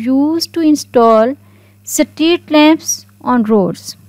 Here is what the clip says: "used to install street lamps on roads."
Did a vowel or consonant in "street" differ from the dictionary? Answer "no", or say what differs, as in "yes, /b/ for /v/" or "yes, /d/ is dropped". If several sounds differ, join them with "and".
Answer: yes, /ɹ/ is dropped